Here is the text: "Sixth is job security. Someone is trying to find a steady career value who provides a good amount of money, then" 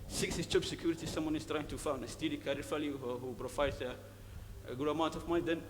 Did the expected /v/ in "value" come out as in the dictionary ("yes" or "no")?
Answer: no